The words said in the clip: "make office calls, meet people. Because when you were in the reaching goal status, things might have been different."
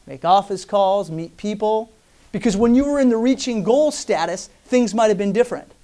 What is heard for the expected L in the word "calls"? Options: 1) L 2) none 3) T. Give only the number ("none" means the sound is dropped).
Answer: 1